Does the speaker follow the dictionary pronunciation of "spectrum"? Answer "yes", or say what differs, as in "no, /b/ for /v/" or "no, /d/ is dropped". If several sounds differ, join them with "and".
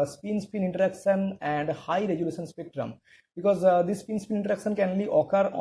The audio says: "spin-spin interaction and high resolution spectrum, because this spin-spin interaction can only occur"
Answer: yes